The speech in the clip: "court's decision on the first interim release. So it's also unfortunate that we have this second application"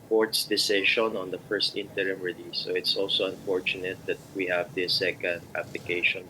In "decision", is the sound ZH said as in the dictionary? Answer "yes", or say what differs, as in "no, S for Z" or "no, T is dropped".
no, SH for ZH